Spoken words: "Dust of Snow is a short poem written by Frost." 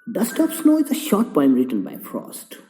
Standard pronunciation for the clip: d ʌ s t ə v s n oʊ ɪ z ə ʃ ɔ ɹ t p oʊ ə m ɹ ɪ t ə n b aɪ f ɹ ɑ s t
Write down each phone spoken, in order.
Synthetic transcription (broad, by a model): d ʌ s t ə p s n oʊ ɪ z ə ʃ ɔ ɹ t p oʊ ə m ɹ ɪ t ə n b aɪ f ɹ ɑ s t